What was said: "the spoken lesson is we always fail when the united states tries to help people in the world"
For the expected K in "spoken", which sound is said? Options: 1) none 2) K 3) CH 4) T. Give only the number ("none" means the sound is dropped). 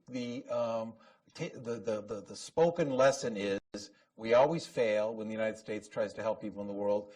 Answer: 2